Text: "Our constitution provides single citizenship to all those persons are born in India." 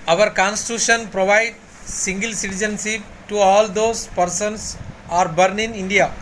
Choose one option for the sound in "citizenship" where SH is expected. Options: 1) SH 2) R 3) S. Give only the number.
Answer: 3